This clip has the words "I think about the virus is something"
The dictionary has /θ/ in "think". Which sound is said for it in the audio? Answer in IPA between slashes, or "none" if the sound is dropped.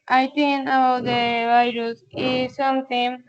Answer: /t/